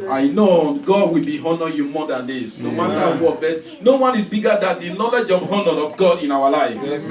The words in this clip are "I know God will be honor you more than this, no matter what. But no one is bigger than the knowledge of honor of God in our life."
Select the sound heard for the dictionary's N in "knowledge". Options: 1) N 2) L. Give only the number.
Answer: 1